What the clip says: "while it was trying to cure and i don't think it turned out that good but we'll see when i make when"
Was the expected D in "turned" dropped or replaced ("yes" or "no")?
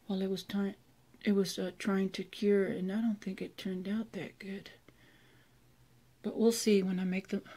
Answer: no